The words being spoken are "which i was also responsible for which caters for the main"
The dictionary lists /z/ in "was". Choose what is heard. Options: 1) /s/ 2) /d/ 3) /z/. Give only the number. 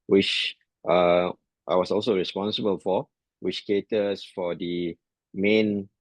1